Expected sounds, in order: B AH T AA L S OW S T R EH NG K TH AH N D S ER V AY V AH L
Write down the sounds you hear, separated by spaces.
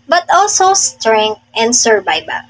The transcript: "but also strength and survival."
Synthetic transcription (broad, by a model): B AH T AA L S OW S T R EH NG K T AH N D S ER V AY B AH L